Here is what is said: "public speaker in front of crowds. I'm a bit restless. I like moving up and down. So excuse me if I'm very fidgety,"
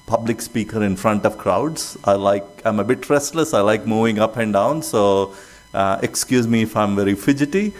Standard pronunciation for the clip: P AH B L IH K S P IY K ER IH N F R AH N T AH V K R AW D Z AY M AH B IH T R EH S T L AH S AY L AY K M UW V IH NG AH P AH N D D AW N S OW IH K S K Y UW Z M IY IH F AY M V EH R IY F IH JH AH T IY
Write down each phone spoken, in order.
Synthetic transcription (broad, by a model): P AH B L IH K S P IY K ER IH N F R AH N T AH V K R AW D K AY M AH B IH T R EH S T L AH S AY L AY K M UW V IH NG AH P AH N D D AW N S OW IH K S K Y UW Z M IY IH F AY M V EH R IY F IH JH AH T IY